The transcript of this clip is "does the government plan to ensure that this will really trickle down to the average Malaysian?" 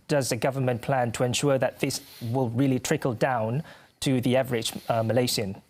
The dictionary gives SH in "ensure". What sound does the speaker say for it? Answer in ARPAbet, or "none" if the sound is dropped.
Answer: SH